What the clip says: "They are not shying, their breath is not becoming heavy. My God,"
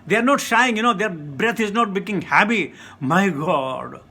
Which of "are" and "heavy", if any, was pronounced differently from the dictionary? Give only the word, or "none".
heavy